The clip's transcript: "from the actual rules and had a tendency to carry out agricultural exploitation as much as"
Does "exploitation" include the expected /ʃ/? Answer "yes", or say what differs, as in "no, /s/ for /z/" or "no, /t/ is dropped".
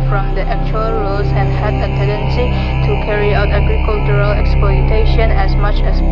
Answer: yes